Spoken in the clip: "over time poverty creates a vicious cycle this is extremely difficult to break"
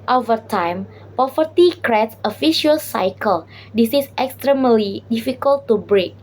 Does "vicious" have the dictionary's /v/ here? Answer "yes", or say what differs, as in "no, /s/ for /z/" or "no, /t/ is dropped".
no, /f/ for /v/